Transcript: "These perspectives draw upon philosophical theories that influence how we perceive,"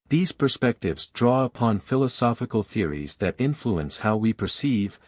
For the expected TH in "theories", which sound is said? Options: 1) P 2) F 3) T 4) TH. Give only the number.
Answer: 4